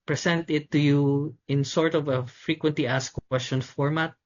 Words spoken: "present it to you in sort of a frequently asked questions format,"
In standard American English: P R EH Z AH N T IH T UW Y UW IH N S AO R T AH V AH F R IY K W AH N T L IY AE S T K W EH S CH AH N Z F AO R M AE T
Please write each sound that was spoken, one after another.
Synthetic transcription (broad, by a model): P R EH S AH N T IH T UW Y UW IH N S AO R T AH V AH F R IY K W AH N T L IY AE S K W EH S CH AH N F AO R M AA T